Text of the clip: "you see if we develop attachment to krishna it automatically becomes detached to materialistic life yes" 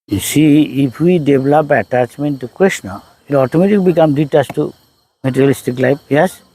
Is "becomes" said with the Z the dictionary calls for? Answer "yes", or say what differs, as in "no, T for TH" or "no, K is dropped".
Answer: no, Z is dropped